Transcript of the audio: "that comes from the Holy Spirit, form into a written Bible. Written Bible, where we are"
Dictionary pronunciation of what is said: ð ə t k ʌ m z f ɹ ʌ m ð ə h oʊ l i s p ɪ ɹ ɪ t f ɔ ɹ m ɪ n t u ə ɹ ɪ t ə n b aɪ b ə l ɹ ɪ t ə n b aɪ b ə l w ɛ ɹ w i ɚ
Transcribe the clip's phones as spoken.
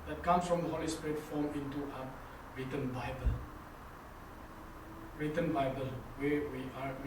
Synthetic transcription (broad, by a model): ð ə t k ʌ m s f ɹ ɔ m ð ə h oʊ l i s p ɹ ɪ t f ɔ m ɪ n t u ə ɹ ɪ t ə n b aɪ b ə l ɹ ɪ t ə n b aɪ b ə l w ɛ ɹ w i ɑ